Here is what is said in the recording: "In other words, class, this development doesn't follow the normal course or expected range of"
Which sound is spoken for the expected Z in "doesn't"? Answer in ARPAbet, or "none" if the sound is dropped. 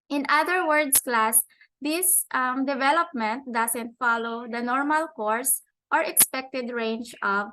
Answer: S